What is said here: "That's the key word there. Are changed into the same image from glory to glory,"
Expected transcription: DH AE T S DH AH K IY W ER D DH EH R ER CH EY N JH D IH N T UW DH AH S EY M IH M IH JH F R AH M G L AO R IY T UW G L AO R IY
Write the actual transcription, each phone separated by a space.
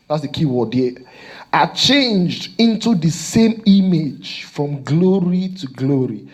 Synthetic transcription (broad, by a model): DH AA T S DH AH K IY W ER D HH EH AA CH EY N JH D IH N T UW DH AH S EY M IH M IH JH F R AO M G L AO R IY T UW G L AO R IY